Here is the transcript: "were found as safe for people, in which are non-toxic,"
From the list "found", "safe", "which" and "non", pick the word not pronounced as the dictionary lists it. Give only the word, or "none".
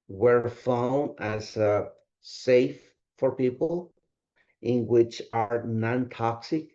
found